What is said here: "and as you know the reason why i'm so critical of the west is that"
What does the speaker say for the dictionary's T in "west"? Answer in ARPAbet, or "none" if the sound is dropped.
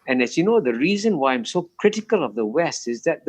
T